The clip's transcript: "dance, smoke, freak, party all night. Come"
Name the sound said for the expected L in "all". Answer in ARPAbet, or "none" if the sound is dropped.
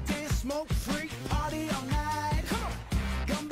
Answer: N